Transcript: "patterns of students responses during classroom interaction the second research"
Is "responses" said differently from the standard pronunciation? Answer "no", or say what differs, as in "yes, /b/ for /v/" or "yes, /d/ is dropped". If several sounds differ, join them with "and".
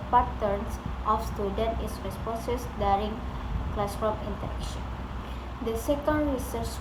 yes, /n/ is dropped and /s/ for /z/